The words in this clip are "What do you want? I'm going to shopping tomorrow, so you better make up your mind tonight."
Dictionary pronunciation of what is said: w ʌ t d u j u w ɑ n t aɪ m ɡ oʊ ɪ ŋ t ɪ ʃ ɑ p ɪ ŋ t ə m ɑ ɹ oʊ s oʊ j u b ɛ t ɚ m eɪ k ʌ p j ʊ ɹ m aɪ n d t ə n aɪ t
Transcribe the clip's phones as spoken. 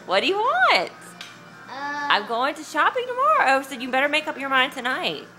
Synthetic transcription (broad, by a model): w ʌ t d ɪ j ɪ w ɑ n t aɪ m ɡ oʊ ɪ ŋ t ɪ ʃ ɑ p ɪ ŋ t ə m ɑ ɹ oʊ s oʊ j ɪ b ɛ t ɚ m eɪ k ʌ p j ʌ ɹ m aɪ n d t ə n aɪ t